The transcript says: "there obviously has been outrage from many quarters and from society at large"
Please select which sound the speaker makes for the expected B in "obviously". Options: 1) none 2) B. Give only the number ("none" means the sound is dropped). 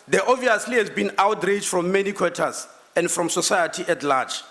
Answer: 1